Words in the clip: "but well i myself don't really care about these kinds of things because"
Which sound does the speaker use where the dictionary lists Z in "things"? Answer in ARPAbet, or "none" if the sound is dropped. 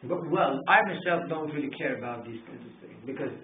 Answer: none